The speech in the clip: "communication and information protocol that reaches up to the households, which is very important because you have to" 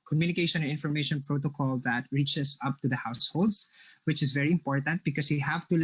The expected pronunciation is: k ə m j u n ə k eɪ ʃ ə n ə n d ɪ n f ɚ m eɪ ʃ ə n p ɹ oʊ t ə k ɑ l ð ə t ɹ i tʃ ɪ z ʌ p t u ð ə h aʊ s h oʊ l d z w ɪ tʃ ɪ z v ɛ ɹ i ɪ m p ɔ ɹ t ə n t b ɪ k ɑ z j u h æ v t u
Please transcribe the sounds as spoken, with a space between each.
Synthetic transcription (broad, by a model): k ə m j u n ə k eɪ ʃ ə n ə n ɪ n f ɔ m eɪ ʃ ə n p ɹ oʊ t ə k ɑ l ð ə t ɹ i tʃ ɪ s ʌ p t u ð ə h aʊ s h oʊ l d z w ɪ tʃ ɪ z v ɛ ɹ i ɪ m p ɔ ɹ t ə n t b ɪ k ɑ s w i h æ v t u